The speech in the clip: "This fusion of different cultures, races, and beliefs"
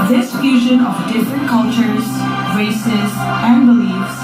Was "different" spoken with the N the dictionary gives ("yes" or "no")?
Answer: yes